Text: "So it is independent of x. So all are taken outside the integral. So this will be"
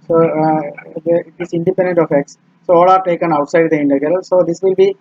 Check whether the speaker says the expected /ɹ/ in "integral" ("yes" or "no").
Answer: no